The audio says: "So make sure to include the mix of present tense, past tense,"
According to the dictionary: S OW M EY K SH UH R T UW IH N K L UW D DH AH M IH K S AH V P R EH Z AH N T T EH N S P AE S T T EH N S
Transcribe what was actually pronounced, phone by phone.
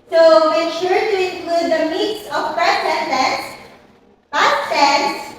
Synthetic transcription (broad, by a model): S OW M EY K SH UH R T UW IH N K L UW D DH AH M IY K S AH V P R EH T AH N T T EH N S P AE T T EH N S